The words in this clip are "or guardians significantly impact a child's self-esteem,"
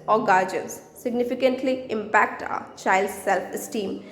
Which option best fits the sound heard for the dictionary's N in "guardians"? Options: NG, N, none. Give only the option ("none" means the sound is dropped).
none